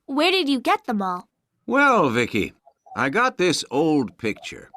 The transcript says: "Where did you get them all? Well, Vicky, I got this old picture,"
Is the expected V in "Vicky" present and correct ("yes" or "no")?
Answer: yes